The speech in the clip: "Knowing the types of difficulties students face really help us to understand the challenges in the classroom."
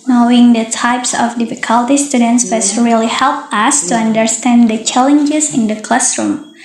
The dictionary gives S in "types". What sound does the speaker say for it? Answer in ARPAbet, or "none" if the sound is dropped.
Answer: S